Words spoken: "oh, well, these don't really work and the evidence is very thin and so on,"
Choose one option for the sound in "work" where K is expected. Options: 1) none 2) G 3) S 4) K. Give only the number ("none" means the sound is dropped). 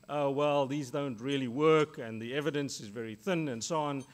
4